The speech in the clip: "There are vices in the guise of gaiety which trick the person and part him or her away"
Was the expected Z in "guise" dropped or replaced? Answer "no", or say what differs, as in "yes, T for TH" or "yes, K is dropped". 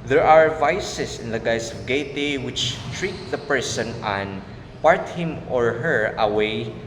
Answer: yes, S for Z